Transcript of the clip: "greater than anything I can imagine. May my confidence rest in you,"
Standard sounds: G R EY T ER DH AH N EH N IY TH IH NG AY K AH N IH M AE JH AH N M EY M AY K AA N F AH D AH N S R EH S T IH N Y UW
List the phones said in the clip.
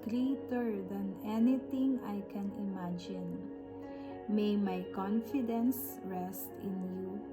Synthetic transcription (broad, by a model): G R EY T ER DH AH N EH N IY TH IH NG AY K AH N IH M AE JH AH N M EY M AY K AA N F AH D AH N S R EH S T IH N Y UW